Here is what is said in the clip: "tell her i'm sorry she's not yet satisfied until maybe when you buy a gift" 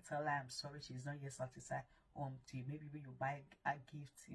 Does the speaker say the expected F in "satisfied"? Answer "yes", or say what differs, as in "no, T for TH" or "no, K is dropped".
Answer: no, F is dropped